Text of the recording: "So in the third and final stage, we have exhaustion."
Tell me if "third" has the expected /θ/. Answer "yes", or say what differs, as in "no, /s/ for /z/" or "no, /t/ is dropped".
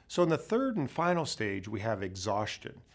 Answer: yes